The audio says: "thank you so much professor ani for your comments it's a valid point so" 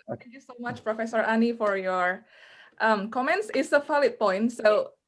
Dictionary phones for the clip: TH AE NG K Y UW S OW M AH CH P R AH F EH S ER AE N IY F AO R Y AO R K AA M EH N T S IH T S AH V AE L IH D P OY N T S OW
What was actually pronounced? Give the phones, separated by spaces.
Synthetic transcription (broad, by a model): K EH Y UW S OW M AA CH P R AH F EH S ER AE N IY F AO R Y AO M K AA M EH N T S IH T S AH F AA L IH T P OY N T S OW